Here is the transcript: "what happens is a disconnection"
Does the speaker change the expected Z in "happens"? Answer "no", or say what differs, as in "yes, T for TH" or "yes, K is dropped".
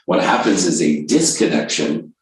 no